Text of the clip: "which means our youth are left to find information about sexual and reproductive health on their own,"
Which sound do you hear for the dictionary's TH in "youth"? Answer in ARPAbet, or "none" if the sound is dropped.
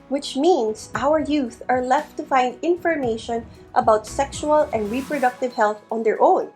TH